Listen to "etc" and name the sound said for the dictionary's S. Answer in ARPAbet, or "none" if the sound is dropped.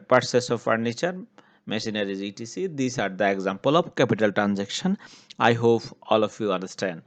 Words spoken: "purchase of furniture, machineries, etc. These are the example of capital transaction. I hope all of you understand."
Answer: none